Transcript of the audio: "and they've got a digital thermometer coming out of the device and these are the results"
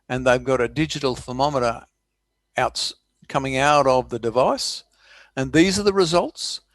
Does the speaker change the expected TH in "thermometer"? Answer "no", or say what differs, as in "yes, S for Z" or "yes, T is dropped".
yes, F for TH